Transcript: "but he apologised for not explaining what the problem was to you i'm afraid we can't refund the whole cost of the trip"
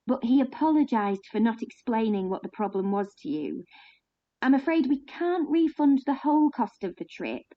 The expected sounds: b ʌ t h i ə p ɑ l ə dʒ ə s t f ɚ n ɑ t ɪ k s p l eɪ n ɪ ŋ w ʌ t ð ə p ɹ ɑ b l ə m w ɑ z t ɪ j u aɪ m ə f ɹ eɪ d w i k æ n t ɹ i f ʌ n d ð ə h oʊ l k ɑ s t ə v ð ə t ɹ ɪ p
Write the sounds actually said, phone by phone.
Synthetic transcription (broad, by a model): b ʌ t h i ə p ɑ l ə dʒ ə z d f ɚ n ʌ t ɪ k s p l eɪ n ɪ ŋ w ʌ t ð ə p ɹ ɑ b l ə m w ɑ z t ɪ j u aɪ m ə f ɹ eɪ d w i k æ n t ɹ i f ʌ n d ð ə h oʊ l k ɑ s t ə v ð ə t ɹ ɪ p